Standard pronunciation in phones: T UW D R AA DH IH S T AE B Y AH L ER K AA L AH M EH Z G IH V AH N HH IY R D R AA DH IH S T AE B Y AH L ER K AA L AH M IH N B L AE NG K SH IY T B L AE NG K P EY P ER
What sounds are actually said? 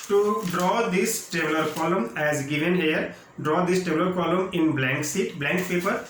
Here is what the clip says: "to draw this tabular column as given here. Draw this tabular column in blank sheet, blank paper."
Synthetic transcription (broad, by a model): T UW D R AA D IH S T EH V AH L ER K AA L AH M EH Z G IH V AH N HH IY R D R AA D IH S T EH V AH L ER K AA L AH M IH N B L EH NG K S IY T B L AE NG K P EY P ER